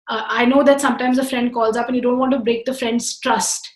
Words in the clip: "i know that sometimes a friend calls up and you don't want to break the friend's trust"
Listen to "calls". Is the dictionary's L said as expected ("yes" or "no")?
yes